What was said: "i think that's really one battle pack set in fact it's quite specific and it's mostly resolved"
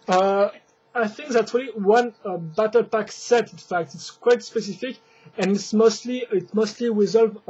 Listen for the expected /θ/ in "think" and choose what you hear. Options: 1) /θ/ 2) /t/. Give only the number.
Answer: 1